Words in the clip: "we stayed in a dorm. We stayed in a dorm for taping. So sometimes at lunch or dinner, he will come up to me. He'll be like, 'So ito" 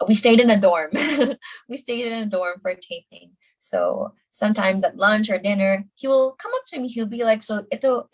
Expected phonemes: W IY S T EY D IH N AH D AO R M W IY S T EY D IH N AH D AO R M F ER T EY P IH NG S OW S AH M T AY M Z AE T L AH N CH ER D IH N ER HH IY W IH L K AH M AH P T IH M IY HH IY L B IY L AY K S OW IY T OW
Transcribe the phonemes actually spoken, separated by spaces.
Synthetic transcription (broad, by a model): W IY S T EY D IH N AH D AO R M W IY S T EY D IH N AH D AO R M F ER T EY P IH NG S OW S AH M T AY M Z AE T L AH N CH ER D IH N ER HH IY W IH L K AH M AH P T IH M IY HH IY L B IY L AY K S OW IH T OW